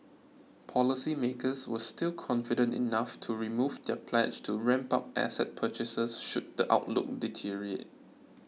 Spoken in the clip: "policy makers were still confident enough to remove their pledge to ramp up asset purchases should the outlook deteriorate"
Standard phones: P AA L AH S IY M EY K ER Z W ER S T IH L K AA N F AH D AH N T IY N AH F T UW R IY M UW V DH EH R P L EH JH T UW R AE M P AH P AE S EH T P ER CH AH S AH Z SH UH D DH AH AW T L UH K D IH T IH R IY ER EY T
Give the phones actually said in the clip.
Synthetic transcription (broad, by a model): P AA L AH S IY M EY K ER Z W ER S T IH L K AA N F AH D AH N T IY N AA F T UW R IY M UW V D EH P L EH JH T UW R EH M P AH P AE S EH T P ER CH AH S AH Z SH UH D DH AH AW T L UH K D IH T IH R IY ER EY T